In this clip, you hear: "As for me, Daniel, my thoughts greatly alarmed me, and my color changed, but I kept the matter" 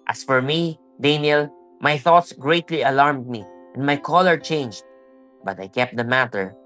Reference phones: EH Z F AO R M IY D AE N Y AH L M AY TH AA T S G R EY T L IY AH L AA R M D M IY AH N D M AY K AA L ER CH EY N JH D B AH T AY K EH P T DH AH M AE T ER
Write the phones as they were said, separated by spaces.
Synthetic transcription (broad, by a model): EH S F AO R M IY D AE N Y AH L M AY TH AA T S G R EY T L IY AH L AA R M D M IY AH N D M AY K AA L ER CH EY N JH D B AH T AY K EH P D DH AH M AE T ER